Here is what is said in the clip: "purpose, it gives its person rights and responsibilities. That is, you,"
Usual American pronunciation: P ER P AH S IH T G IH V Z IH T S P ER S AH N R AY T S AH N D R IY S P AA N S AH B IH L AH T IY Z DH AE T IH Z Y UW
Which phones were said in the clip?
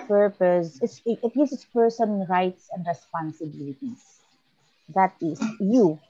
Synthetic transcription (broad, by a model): P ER P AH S IH T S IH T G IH S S P ER S AH N R AY T S AH N D R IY S P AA N S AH B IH L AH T IY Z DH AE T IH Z Y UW